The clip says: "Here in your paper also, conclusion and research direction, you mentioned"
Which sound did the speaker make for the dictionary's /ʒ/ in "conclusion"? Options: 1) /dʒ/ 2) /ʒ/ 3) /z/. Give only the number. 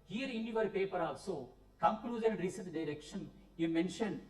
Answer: 3